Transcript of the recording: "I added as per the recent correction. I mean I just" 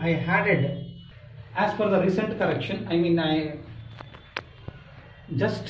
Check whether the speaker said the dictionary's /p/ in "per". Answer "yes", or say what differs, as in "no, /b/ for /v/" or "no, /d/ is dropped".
no, /f/ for /p/